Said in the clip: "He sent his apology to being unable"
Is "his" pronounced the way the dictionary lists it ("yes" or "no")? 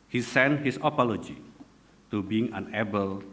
no